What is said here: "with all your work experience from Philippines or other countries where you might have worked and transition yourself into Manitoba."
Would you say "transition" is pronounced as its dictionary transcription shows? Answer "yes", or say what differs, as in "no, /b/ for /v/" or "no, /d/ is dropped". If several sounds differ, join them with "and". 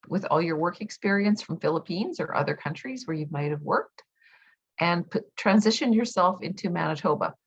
yes